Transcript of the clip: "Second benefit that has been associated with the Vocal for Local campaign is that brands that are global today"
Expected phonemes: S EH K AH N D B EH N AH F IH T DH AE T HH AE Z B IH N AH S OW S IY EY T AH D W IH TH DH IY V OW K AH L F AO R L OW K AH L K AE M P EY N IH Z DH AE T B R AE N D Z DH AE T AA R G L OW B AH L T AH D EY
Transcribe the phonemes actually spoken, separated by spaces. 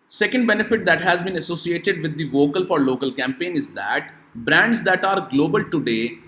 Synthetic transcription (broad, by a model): S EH K AH N D B EH N AH F IH T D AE T HH AE Z B IH N AH S OW S IY EY T AH D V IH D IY V OW K AH L F AO R L OW K AH L K AE M P EY N IH Z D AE T B R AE N D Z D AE T AA R G L OW B AH L T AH D EY